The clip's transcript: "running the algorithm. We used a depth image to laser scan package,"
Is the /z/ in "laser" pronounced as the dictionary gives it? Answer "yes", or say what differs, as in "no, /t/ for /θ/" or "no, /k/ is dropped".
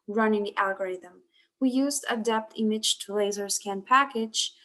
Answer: yes